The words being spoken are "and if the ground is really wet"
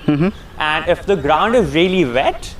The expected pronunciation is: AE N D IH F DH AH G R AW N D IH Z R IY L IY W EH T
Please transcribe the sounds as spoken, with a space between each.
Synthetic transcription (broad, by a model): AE N D IH F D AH G R AW N D IH Z R IY L IY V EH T